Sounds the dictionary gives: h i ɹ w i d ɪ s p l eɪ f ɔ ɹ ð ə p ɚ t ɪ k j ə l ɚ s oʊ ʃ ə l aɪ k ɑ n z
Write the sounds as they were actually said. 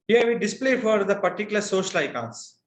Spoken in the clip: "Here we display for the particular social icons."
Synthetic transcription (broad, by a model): h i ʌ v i d ɪ s p l eɪ f ɔ ɹ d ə p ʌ t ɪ k j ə l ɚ s oʊ ʃ ə l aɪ k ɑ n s